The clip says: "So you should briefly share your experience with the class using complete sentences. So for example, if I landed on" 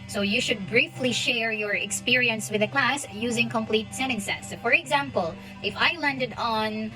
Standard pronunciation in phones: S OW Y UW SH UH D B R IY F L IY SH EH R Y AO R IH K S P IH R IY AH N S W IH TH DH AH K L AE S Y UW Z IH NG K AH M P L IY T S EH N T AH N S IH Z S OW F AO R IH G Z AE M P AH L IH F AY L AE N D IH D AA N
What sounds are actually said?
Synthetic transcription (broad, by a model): S OW Y UW SH UH D B R IY F L IY SH EH R Y AO R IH K S P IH R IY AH N S W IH DH AH K L AE S Y UW Z IH NG K AH M P L IY T S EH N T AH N S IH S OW F AO R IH G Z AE M P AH L IH F AY L AE N D IH D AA N